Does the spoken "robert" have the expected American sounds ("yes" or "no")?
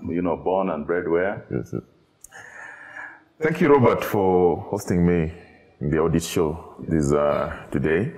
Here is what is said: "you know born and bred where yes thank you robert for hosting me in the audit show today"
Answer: yes